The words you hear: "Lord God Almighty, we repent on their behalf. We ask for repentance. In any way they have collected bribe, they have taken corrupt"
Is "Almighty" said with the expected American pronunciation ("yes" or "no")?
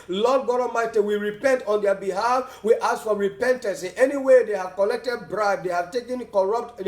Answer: no